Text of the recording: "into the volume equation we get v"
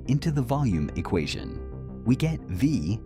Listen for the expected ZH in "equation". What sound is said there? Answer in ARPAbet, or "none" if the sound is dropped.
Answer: ZH